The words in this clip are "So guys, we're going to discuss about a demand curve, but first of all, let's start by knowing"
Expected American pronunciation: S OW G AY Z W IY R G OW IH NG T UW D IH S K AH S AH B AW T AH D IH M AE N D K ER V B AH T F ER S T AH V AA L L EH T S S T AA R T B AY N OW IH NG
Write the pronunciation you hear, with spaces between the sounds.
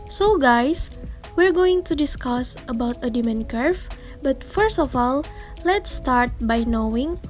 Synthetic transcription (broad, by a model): S OW G AY S W IY R G OW IH NG T UW D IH S K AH S AH B AW T AH D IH M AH N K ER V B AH T F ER S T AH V AA L L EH T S S T AA R T B AY N OW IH NG